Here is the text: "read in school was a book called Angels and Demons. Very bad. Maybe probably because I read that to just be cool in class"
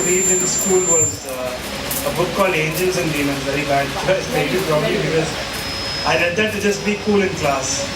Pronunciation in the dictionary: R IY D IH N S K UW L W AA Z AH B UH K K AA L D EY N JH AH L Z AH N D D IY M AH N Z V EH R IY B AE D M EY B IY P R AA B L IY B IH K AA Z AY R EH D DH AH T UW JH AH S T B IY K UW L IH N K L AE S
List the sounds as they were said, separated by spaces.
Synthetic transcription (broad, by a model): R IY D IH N S K UW L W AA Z AH B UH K K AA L EY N JH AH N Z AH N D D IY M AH Z V EH R IY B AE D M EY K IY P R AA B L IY B IH K AA Z AY R EH D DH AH T UW JH AH S T B IY K UW L IH N K L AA S